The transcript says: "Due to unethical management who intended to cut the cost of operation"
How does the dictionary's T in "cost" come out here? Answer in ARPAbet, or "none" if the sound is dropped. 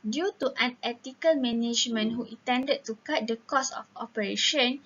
none